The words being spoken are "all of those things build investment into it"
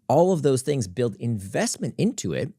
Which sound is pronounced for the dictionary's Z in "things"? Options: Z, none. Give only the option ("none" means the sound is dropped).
Z